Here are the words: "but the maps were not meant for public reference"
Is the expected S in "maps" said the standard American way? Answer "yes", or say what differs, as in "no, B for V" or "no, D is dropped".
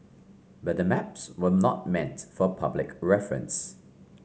yes